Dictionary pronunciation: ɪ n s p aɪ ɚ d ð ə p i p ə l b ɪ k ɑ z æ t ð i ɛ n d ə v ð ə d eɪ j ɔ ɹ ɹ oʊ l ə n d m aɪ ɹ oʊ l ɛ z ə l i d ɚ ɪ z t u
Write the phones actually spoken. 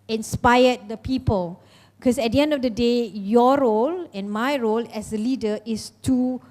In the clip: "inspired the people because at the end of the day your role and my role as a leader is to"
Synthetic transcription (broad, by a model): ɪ n s p aɪ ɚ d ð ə p i p ə l k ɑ s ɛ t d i ɛ n d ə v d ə d eɪ j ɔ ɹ ɹ oʊ l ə n m aɪ ɹ oʊ l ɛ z ə l i d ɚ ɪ s t u